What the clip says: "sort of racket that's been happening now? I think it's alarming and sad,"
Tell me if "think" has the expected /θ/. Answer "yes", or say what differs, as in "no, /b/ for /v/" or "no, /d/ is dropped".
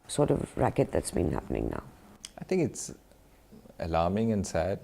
no, /t/ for /θ/